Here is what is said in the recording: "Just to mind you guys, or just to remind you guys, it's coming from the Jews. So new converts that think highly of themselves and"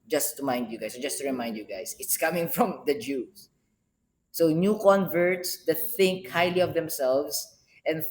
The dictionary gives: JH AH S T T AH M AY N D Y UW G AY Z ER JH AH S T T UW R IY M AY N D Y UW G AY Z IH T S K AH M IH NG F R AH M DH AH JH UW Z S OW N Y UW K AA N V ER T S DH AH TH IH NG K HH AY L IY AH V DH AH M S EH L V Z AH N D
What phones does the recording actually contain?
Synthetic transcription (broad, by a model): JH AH S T T AH M AY N D Y UW G AY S JH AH S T T UW R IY M AY N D Y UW G AY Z IH T S K AH M IH NG F R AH M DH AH JH UW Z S OW N Y UW K AA N V ER T S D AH TH IH NG K HH AY L IY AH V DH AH M S EH L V S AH N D